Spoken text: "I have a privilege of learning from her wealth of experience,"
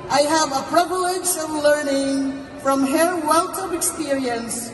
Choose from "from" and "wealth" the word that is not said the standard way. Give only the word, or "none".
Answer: wealth